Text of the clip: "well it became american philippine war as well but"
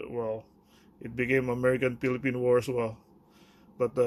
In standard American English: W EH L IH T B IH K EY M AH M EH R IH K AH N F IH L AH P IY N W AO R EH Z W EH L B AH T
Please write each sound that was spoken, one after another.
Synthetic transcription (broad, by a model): W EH L IH T B IH K EY M AH M EH R IH K AH N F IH L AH P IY N W AO R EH S W EH L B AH T